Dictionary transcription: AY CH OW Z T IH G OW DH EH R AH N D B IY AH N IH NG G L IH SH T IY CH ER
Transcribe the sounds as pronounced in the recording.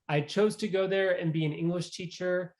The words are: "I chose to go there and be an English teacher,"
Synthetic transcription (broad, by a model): AY CH OW Z T IH G OW DH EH R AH N B IY AH N IH NG G L IH SH T IY CH ER